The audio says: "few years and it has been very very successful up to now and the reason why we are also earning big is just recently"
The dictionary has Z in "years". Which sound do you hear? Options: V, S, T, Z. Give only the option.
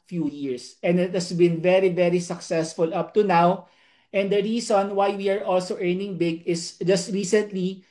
S